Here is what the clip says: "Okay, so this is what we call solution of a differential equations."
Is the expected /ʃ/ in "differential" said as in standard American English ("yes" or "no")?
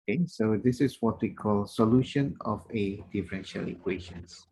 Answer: yes